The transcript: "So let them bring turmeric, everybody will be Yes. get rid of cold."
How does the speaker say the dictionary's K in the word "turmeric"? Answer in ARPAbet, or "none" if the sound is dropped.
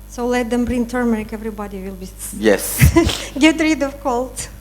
K